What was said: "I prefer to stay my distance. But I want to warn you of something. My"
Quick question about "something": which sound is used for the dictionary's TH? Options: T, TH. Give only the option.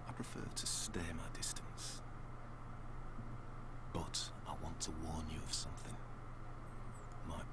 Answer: TH